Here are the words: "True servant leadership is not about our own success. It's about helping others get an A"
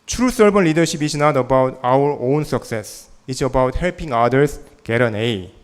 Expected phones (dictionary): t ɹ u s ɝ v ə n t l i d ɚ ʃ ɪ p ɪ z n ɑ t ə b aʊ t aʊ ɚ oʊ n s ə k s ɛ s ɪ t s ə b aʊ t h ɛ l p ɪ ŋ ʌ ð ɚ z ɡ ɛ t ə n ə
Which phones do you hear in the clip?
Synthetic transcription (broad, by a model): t ɹ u s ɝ b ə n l i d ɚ ʃ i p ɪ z n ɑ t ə b aʊ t aʊ ɚ oʊ n s ə k s ɛ s ɪ t s ə b aʊ t h ɛ l p ɪ ŋ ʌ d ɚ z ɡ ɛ t ə n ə